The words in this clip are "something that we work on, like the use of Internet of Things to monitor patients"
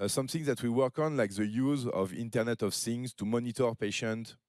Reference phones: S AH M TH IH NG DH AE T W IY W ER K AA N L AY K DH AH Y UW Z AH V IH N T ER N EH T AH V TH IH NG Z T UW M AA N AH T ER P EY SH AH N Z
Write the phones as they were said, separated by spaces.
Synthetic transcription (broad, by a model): S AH M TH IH NG DH AE T W IY W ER K AA N L AY K DH AH Y UW Z AH V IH N T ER N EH T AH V S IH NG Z T UW M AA N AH T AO P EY SH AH N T